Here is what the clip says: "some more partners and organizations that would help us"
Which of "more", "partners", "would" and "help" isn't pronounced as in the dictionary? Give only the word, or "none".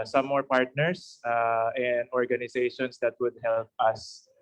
partners